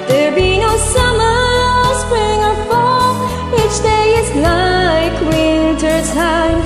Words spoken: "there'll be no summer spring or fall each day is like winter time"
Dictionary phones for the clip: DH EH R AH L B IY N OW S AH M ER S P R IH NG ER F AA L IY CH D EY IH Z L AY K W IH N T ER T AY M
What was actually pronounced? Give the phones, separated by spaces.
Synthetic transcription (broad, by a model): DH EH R B IY N OW S AH M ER S P R IH NG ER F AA W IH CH D EY IH Z L AY K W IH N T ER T AY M